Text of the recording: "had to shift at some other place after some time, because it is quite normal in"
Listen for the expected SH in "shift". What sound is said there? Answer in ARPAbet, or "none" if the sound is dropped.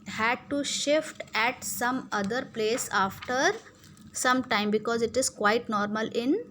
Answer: SH